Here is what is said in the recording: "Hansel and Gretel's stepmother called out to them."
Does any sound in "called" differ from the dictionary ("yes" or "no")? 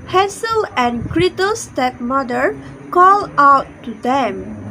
yes